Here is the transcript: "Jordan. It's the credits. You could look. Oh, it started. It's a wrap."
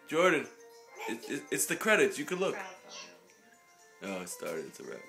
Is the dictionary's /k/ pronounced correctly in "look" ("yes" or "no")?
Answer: yes